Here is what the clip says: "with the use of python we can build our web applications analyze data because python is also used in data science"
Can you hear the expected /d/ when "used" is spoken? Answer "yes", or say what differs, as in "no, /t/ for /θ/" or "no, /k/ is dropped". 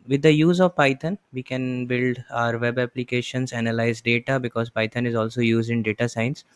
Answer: yes